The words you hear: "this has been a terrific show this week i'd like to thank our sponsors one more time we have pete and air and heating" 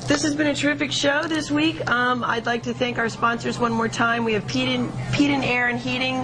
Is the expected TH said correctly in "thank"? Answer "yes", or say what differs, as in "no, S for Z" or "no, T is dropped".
yes